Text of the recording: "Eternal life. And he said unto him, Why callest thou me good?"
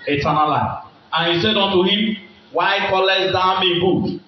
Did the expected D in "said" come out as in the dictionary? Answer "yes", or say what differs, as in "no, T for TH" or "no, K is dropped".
yes